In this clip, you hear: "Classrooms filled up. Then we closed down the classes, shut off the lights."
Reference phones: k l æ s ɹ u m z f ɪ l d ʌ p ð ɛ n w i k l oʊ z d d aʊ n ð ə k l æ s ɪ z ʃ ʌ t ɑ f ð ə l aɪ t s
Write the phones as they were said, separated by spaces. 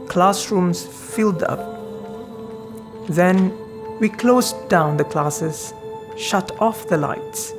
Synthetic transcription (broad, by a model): k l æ s ɹ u m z f ɪ l d ʌ p ð ɛ n w i k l oʊ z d d aʊ n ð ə k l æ s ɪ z ʃ ʌ t ɑ f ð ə l aɪ t s